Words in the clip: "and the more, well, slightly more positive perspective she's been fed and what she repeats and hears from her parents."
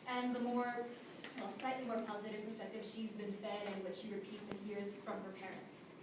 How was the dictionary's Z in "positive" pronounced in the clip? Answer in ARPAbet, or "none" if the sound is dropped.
Z